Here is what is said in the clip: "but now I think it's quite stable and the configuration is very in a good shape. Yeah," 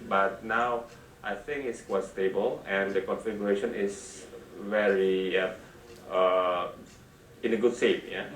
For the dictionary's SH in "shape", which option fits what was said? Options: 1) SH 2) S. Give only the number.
2